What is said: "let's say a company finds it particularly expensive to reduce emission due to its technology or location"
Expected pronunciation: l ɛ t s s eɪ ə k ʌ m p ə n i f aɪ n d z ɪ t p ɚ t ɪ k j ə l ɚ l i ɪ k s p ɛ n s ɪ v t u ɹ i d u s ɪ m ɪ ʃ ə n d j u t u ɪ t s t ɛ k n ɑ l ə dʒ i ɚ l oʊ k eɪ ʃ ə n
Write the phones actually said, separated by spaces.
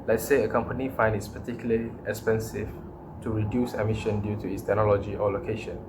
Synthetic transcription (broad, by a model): l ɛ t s s eɪ ə k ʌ m p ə n i f aɪ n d ɪ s p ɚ t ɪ k j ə l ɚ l i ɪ k s p ɛ n s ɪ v t u ɹ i d u s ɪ m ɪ ʃ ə n d j u t u ɪ t s t ɛ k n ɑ l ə dʒ i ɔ l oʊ k eɪ ʃ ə n